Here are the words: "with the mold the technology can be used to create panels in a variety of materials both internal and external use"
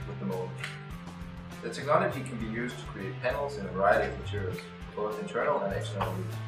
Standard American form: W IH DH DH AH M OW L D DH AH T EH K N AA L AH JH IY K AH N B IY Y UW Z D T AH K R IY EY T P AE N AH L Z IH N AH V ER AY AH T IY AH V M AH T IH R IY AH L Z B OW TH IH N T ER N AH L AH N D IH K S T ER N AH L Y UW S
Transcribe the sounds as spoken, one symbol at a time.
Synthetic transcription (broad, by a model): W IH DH DH AH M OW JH DH AH T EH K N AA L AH JH IY K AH N B IY Y UW Z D T AH K R IY EY T P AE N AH L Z IH N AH V ER AY AH T IY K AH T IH R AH Z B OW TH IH N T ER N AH L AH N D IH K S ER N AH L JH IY